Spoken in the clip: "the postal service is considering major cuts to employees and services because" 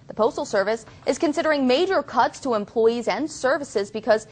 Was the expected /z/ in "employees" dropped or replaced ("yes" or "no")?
no